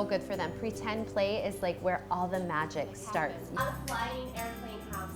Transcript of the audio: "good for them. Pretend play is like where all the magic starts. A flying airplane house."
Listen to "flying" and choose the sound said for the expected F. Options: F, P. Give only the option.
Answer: P